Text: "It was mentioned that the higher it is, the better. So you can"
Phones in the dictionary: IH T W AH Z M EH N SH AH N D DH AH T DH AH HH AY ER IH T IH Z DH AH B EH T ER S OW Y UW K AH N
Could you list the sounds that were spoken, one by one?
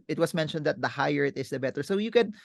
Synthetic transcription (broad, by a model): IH T W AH S M EH N SH AH N D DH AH T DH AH HH AY ER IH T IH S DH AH B EH T ER S OW Y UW K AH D